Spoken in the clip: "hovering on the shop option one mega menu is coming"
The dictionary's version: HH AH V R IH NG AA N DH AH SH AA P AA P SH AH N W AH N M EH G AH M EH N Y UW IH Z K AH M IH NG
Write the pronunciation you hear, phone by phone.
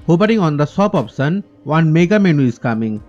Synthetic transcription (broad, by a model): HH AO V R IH NG AA N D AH S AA P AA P S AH N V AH N M EH G AH M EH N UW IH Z K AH M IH NG